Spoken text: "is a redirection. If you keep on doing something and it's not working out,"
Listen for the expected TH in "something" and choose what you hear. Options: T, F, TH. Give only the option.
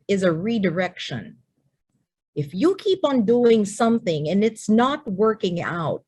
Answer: TH